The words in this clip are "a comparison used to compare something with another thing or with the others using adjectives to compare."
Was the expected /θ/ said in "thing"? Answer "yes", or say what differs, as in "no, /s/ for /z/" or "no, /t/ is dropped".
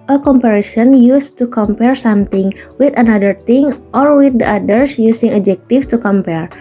no, /t/ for /θ/